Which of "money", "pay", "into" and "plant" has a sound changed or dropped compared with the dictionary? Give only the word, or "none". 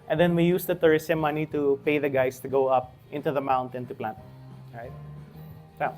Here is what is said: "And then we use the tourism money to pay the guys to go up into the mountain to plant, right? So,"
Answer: none